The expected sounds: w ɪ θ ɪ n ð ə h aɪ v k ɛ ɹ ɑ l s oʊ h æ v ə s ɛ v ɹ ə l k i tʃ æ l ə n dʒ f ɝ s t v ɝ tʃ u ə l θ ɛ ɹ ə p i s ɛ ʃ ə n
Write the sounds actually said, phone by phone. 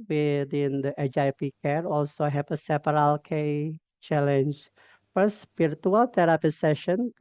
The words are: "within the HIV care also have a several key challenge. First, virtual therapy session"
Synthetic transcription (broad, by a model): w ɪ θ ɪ n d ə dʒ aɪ p k ɛ ɹ ɑ l s oʊ h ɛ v ə s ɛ p ɹ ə l k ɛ tʃ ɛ l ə n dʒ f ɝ s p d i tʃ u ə l t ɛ ɹ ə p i s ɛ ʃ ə n